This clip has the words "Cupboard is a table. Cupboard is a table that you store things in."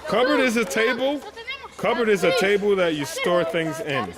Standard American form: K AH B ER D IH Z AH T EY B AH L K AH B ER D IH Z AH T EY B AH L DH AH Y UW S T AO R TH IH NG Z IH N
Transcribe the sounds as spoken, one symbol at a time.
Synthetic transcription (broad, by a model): K AH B ER D IH Z AH T EY B L K AH B ER D IH Z AH T EY B L DH AH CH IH S T AO R TH IH NG Z IH N